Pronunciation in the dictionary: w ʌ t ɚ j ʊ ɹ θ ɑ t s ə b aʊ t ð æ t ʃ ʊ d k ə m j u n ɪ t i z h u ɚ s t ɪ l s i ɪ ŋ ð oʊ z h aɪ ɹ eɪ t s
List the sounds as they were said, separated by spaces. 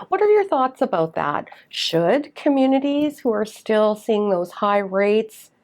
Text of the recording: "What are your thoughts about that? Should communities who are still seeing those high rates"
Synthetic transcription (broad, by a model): w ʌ t ɚ j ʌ ɹ θ ɑ t s ə b aʊ t ð æ t ʃ ʊ d k ə m j u n ɪ t i z h u ɚ s t ɪ l s i ɪ ŋ ð oʊ z h aɪ ɹ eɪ t s